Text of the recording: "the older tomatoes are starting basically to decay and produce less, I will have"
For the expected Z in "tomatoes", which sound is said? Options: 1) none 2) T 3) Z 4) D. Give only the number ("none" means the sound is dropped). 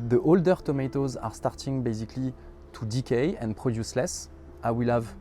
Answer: 3